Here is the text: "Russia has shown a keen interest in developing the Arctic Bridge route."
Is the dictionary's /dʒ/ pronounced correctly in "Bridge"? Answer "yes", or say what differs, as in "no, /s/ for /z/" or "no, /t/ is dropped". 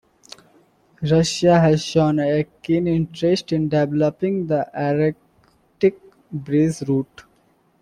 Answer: no, /z/ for /dʒ/